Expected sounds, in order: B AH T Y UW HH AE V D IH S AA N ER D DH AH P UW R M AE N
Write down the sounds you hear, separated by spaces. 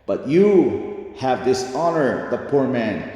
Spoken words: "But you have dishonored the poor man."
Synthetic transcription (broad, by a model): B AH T Y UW HH AE V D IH S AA N ER DH AH P UW R M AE N